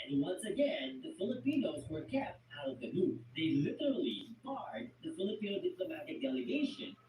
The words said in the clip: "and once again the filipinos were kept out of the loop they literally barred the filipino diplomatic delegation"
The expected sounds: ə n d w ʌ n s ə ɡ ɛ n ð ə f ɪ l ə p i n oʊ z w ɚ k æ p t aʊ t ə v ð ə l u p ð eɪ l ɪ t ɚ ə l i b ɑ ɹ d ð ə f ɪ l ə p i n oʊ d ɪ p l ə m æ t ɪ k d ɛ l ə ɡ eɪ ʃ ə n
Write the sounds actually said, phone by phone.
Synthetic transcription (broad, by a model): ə n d w ʌ n s ə ɡ ɛ n ð ə f ɪ l ə p i n oʊ z w ɚ k æ p t aʊ t ə v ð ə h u ð eɪ l ɪ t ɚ l i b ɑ ɹ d ð ə f ɪ l ə p i n oʊ d ɪ p l ə m æ t ɪ k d ɛ l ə ɡ eɪ ʃ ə n